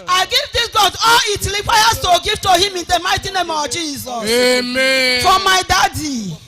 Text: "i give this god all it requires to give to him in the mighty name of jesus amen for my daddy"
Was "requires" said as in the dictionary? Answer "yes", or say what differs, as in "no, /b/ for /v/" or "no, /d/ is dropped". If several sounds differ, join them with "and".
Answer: no, /l/ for /ɹ/